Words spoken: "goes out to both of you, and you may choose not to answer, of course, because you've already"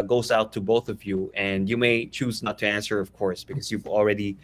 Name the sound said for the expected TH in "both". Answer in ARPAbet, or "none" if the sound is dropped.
TH